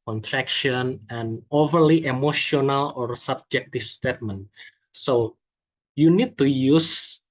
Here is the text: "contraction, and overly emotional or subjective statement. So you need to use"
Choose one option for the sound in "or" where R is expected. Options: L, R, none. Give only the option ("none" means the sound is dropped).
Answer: R